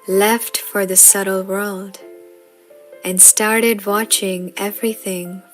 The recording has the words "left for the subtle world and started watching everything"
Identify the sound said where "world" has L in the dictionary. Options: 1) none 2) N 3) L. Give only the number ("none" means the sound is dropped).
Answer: 3